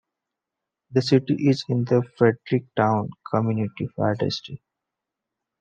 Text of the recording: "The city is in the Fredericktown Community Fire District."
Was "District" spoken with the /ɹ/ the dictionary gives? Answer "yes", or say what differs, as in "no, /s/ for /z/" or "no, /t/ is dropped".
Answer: no, /ɹ/ is dropped